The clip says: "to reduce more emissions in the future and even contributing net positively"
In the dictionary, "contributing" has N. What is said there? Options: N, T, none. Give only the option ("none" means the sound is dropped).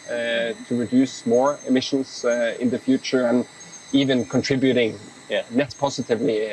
N